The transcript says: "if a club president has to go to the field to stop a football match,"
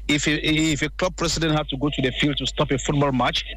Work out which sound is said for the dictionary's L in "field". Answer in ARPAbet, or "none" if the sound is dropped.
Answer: L